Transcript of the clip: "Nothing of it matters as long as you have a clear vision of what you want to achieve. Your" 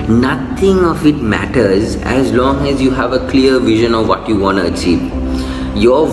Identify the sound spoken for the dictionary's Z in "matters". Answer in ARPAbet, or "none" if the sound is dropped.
Z